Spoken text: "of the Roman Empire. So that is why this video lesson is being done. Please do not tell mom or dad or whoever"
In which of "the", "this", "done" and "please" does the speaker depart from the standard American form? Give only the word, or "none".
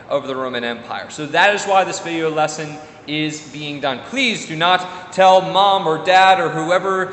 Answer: none